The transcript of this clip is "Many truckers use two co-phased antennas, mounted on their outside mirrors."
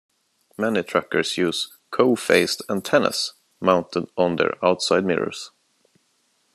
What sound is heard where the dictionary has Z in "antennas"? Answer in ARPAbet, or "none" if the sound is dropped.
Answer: S